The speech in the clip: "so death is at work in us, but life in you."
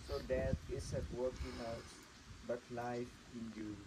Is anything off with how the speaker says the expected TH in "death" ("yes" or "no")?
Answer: yes